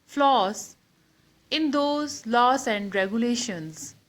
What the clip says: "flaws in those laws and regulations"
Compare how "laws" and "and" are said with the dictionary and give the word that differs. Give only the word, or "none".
laws